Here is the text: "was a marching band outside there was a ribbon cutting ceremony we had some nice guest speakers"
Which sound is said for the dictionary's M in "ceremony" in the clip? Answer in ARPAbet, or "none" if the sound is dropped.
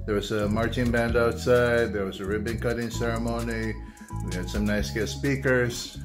M